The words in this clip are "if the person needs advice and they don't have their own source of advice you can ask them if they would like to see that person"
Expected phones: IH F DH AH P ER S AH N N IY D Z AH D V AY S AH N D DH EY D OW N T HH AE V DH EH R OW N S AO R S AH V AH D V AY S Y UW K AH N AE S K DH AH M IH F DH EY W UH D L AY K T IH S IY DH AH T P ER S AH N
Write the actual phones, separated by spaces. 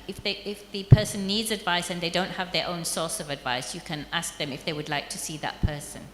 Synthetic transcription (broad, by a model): IH F DH AH P ER S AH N N IY D Z AH D V AY S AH N DH EY D OW N T HH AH V DH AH R OW N S AO R S AH V AH D V AY S Y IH K AH N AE S K DH AH M IH F DH EY W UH D L AY K T IH S IY DH AH T P ER S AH N